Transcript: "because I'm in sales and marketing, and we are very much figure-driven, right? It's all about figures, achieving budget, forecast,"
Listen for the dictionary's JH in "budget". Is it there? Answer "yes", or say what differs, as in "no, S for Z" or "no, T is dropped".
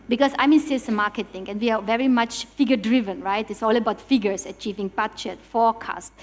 no, CH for JH